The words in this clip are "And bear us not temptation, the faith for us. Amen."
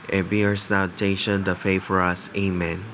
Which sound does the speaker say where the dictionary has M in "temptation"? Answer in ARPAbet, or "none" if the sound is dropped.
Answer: none